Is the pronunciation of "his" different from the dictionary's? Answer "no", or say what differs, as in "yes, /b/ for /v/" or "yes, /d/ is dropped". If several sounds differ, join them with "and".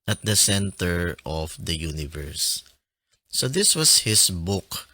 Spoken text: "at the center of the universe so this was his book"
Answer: yes, /s/ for /z/